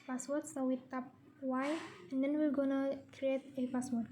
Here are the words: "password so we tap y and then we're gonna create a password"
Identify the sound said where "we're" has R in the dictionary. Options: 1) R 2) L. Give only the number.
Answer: 2